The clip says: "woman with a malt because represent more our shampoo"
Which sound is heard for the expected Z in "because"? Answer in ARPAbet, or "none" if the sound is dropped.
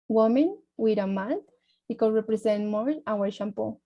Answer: none